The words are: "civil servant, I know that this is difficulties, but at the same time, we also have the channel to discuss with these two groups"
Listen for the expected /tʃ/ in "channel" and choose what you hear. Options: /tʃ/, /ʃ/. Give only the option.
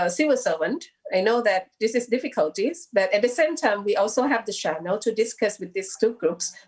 /ʃ/